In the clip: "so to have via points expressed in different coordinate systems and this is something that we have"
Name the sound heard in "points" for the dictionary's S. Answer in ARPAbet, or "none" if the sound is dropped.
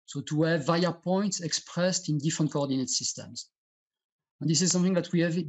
S